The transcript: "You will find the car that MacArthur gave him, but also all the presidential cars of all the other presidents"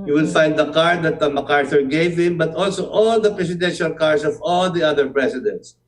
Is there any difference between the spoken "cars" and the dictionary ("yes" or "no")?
yes